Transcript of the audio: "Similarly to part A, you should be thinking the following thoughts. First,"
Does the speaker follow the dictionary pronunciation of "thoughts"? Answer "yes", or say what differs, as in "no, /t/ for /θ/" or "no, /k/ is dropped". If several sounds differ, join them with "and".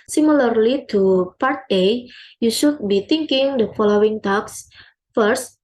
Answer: no, /t/ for /θ/